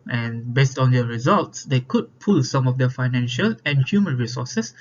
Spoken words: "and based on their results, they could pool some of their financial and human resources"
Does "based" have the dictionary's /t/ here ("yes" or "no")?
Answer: yes